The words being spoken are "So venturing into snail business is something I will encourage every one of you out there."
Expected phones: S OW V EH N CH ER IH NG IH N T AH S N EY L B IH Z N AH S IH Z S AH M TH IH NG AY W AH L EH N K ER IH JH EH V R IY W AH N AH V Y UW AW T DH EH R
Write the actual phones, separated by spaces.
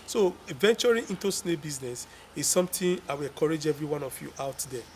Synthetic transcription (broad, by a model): S OW V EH N CH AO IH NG IH N T AH S N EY B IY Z N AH S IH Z S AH M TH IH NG AY W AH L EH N K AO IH JH EH V R IY W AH N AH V Y UW AW T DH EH